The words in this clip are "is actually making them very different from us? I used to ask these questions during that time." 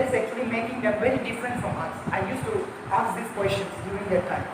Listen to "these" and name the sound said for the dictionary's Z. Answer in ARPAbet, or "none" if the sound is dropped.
S